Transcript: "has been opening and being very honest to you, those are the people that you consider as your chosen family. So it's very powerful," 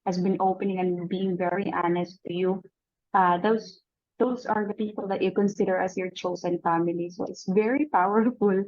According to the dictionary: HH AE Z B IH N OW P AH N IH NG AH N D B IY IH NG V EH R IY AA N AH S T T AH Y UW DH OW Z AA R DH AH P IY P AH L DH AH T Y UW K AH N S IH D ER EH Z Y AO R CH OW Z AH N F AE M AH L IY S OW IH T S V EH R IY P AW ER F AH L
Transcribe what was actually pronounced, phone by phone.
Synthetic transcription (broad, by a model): HH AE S B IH N OW P AH N IH NG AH N B IY IH NG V EH R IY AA N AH S T T AH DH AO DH OW S AA R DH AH P IY P AH L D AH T Y UW K AH N S IH D ER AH S Y AO R CH OW S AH N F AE M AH L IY S OW IH T S V EH R IY P AW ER F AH L